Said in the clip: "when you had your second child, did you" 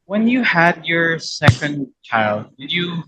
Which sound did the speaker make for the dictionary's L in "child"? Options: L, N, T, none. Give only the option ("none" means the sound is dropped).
L